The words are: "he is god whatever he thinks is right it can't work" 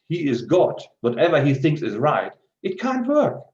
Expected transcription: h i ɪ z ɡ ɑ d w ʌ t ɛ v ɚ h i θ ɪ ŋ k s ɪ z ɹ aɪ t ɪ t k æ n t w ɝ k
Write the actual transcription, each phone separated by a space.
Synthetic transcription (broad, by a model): h i ɪ z ɡ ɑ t w ʌ t ɛ v ɚ i θ ɪ ŋ k s ɪ z ɹ aɪ t ɪ t k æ n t w ɝ k